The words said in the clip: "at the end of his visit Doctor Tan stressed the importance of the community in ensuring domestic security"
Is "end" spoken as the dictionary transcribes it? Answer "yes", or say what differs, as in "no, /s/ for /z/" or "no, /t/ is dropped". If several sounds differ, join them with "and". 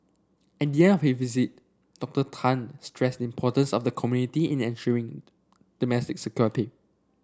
no, /d/ is dropped